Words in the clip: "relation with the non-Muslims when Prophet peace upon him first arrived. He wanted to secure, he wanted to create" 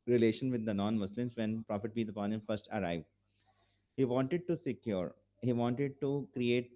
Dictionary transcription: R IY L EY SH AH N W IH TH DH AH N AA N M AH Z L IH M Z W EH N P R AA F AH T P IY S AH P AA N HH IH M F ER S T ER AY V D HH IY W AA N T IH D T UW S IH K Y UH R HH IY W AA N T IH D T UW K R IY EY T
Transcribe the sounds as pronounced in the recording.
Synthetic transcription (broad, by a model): R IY L EY SH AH N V IH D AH N AA N M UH S L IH M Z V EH N P R AA F AH T B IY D AH P AA N HH IH M F ER S T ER AY V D HH IY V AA N T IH D T UW S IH K Y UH R HH IY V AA N T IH D T UW K R IY EY T